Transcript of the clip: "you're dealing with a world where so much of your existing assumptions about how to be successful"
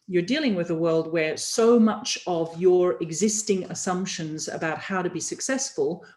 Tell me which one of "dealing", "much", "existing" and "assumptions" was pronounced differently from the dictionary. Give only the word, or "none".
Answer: none